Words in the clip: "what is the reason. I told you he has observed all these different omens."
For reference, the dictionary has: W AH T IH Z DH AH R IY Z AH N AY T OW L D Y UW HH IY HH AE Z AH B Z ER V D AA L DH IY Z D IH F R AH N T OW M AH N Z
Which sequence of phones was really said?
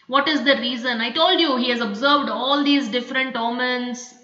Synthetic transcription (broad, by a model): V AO T IH Z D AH R IY Z AH N AY T OW L D Y UW HH IY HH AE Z AH B Z ER V D AA L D IY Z D IH F R AH N T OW M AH N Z